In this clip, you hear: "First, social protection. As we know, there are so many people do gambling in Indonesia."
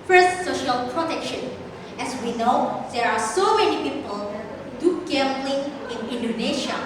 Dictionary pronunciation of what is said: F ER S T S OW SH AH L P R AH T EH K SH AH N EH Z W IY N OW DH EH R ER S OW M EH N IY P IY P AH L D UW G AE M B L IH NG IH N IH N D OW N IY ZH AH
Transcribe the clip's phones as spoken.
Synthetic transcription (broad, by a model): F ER S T S OW SH AH L P R AH T EH K SH AH N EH S W IY N OW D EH R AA S OW M EH N IY P IY P AH L D UW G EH M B L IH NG IH N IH N D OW N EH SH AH